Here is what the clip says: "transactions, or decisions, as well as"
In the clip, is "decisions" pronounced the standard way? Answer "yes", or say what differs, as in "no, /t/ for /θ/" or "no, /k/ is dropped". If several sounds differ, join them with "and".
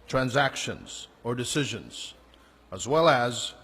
yes